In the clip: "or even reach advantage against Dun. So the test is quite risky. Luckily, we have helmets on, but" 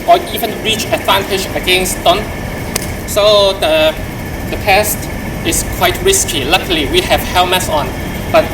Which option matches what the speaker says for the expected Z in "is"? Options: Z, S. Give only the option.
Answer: S